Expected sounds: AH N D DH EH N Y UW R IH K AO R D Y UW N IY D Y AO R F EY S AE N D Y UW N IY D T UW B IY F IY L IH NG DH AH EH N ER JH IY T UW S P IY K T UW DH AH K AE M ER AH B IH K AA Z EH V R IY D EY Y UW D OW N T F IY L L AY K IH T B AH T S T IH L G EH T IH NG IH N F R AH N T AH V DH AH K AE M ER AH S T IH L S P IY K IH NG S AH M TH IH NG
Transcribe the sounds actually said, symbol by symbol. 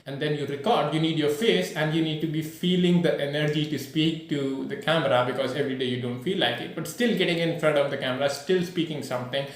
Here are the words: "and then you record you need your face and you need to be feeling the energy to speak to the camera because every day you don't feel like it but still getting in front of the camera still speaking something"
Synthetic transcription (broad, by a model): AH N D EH N Y UW R IH K AO R D Y UW N IY D Y AO R F EY S AE N D Y UW N IY D T UW B IY F IY L IH NG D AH EH N ER JH IY T UW S P IY K T UW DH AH K AE M ER AH B IH K AA Z EH V R IY D EY Y UW D OW N T F IY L L AY K IH T B AH T S T IH L G EH T IH NG IH N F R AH T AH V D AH K AE M ER AH S T IH L S P IY K IH NG S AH M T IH NG